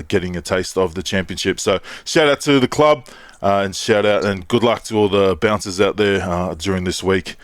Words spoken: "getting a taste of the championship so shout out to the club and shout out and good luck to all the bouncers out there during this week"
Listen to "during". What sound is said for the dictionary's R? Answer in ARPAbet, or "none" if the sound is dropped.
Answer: R